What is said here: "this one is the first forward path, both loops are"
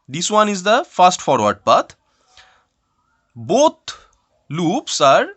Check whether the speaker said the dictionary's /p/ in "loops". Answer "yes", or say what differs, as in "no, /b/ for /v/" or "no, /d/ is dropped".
yes